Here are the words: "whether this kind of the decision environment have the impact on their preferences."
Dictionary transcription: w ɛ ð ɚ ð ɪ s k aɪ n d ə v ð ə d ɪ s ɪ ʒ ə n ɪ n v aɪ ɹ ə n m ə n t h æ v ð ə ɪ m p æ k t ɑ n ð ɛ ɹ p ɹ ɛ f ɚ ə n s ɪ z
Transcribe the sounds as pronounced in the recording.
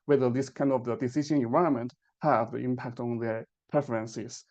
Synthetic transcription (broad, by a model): w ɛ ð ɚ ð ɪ s k aɪ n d ə v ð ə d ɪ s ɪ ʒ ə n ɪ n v aɪ ə m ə n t h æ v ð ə ɪ m p æ k t ɑ n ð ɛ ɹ p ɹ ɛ f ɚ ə n s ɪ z